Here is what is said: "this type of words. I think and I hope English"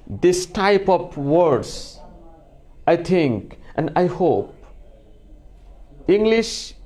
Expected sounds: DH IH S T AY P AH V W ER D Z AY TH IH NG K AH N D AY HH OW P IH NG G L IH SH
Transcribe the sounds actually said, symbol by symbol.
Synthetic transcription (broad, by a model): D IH S T AY P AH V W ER D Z AY T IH NG K AH N D AY HH OW P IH NG G L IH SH